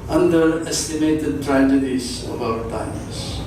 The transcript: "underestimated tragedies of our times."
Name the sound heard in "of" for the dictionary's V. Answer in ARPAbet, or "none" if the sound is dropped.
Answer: B